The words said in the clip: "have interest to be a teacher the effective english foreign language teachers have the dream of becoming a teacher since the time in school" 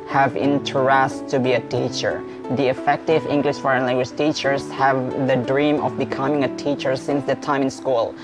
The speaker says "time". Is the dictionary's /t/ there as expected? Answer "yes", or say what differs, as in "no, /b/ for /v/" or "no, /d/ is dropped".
yes